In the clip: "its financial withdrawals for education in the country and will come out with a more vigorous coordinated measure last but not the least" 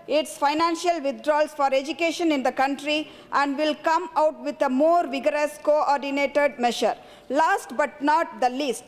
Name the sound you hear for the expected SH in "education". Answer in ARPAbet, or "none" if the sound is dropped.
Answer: SH